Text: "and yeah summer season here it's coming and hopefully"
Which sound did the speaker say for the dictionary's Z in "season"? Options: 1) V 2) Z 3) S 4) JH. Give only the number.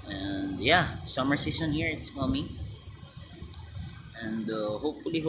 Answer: 3